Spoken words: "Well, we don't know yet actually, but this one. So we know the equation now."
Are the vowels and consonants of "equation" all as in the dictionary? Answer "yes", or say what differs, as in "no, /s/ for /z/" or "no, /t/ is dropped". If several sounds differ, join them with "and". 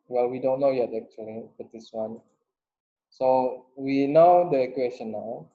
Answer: no, /s/ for /ʒ/